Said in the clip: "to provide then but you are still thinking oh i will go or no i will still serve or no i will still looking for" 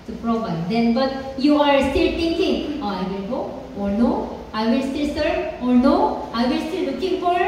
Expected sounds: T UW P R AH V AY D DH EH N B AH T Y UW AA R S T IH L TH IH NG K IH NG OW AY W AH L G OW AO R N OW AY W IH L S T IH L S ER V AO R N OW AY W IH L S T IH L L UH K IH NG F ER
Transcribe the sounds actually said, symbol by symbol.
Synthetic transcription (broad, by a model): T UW P R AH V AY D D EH N B AH T Y UW AA R S T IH L T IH NG K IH NG OW AY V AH L G OW AO R N OW AY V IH L S T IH L S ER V AO R N OW AY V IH L S T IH L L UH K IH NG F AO